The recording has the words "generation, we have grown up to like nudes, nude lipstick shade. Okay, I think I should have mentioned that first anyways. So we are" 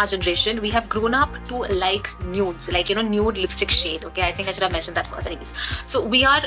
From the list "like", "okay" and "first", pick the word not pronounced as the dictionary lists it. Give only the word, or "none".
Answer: first